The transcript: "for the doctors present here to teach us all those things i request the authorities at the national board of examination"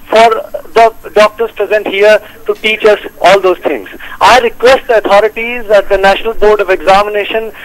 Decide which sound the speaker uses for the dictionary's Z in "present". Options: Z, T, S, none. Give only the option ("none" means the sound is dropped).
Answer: Z